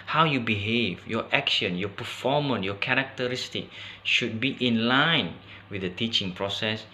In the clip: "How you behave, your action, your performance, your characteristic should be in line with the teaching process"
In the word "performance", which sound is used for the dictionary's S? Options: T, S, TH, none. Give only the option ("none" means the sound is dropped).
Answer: none